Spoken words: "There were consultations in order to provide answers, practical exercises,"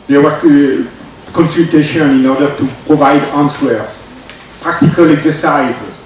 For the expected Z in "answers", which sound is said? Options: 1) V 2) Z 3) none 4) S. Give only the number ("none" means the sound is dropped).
3